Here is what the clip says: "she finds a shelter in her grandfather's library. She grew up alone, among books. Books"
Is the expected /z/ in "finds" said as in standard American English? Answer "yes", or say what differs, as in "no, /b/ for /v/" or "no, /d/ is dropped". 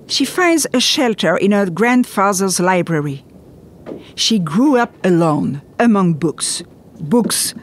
yes